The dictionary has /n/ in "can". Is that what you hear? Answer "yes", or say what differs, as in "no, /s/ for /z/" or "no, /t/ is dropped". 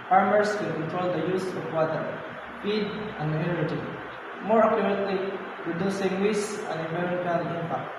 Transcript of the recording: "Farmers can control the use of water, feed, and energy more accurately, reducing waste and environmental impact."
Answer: no, /l/ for /n/